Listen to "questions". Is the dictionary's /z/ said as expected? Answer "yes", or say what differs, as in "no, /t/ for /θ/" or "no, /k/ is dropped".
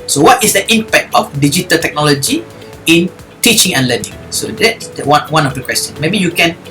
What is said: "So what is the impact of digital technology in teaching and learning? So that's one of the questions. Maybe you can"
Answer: no, /z/ is dropped